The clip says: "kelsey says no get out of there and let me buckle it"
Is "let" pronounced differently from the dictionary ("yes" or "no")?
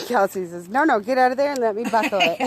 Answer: no